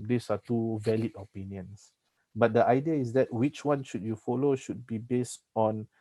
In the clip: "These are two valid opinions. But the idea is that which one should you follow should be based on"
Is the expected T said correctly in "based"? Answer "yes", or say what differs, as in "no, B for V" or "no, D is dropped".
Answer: yes